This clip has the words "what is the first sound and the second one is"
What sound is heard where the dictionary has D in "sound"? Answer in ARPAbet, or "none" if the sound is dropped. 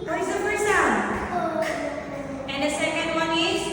none